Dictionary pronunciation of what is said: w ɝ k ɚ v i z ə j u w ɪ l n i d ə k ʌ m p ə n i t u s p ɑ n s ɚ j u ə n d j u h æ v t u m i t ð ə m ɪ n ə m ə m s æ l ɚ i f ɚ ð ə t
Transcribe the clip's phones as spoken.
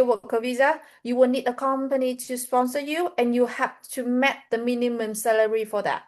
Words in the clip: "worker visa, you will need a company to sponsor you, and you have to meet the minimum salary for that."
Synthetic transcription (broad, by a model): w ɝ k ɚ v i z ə j u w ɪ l n i d ə k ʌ m p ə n i t u s p ɑ n s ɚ j u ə n j u h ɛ p t u m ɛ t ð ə m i n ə m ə m s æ l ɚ i f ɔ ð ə t